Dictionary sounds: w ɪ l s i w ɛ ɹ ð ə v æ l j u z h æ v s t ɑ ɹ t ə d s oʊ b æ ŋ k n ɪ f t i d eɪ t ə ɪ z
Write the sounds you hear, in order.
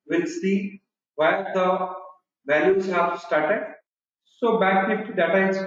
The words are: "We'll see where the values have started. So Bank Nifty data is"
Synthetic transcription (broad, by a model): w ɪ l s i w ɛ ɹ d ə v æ l j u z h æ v s t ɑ ɹ t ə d s oʊ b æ k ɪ t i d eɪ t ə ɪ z